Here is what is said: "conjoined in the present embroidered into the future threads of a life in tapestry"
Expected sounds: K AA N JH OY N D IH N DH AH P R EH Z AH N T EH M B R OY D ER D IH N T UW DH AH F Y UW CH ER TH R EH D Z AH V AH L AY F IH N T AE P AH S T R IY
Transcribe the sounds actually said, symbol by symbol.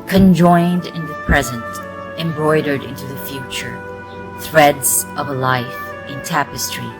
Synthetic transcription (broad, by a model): K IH N JH OY N D IH N DH AH P R EH Z AH N T EH M B R OY D ER D IH N T UW DH AH F Y UW CH ER TH R EH D Z AH V AH L AY F IH N T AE P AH S T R IY